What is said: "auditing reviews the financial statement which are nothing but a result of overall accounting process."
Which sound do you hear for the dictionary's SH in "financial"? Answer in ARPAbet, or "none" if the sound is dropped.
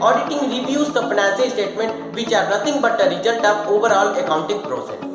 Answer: S